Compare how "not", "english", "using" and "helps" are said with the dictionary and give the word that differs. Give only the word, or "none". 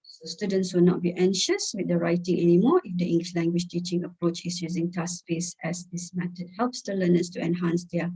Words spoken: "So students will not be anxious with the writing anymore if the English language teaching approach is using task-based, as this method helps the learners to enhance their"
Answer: none